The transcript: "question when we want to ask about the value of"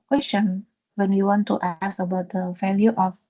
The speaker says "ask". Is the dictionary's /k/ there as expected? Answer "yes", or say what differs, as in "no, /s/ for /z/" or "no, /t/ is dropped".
no, /k/ is dropped